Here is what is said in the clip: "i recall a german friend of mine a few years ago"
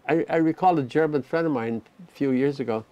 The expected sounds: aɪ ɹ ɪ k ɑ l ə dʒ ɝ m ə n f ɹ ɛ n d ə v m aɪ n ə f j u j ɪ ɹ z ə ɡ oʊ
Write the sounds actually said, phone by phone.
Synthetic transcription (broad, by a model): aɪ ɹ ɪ k ɑ l ə dʒ ɝ m ə n f ɹ ɛ n d ə v m aɪ n f j u j ɪ ɹ z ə ɡ oʊ